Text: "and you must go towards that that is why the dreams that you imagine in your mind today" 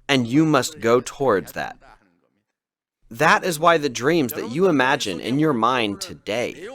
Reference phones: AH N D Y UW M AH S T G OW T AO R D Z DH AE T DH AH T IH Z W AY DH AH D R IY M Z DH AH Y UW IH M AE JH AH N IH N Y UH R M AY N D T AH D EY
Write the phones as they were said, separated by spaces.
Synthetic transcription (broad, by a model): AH N Y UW M AH S T G OW T AO R D Z DH AE T DH AH T IH Z W AY DH AH D R IY M Z DH AH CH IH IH M AE JH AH N IH N Y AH R M AY N T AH D EY